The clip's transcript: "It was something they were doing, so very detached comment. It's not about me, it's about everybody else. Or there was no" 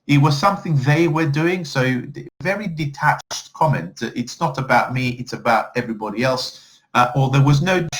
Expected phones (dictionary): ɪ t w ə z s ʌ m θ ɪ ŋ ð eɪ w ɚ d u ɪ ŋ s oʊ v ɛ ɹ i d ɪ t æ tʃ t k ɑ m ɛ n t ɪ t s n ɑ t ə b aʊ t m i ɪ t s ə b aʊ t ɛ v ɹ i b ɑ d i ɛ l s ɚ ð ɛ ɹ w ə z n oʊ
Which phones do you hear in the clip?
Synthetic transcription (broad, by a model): ɪ t w ə z s ʌ m θ ɪ ŋ ð eɪ w ɚ d u ɪ ŋ s oʊ v ɛ ɹ i d ɪ t æ tʃ t k ɑ m ɛ n t ɪ t s n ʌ t ə b aʊ t m i ɪ t s ə b aʊ t ɛ v ɹ i b ɑ d i ɛ l s ɚ ð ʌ ɹ w ə z n oʊ